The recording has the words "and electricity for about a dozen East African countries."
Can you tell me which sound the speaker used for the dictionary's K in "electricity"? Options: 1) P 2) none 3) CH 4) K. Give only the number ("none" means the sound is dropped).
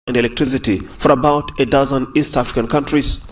4